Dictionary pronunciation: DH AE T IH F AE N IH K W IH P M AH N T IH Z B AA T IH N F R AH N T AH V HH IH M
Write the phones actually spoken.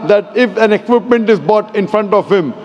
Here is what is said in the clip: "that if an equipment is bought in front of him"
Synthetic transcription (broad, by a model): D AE T IH F AE N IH K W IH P M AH N T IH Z B AA T IH N F R AH N T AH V HH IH M